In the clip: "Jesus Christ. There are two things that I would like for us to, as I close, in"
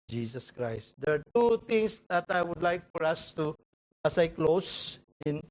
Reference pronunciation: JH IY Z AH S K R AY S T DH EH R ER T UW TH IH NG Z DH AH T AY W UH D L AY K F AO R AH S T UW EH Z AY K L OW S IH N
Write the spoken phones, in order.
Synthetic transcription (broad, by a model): JH IY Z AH S K R AY S T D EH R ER T UW T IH NG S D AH T AY W UH D L AY K F AO R AH S T UW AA S AY K L OW S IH N